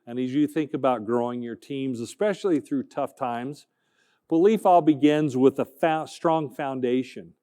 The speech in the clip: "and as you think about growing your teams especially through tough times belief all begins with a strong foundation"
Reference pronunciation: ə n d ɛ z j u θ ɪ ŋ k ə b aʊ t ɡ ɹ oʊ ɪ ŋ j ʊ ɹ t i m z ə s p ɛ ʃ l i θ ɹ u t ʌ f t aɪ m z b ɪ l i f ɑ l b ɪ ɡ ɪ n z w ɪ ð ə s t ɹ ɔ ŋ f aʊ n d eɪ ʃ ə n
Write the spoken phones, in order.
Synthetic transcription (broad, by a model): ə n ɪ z j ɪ θ ɪ ŋ k ə b aʊ t ɡ ɹ oʊ ɪ ŋ j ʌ ɹ t i m z ə s p ɛ ʃ l i θ ɹ u t ʌ f t aɪ m z b ɪ l i f ɑ l b ɪ ɡ ɪ n z w ɪ ð ə s t ɹ ɔ ŋ f aʊ n d eɪ ʃ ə n